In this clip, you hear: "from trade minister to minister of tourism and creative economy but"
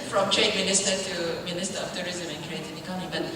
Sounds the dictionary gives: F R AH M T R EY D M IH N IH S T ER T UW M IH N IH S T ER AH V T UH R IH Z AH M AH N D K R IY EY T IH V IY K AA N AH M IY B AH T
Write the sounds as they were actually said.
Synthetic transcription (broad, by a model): F R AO M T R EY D M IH N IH S T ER T UW M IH N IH S T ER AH F T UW R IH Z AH M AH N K R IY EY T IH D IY K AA AH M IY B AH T